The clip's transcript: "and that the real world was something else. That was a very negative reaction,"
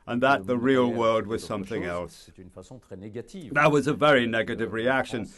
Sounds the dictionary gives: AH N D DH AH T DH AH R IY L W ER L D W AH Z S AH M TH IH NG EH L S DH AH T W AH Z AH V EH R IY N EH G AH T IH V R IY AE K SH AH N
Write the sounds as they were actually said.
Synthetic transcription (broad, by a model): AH N DH AH T DH AH R IY L W ER L D W AH Z S AH M TH IH NG EH L S DH AH T W AH Z AH V EH R IY N EH G AH T IH V R IY AE K SH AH N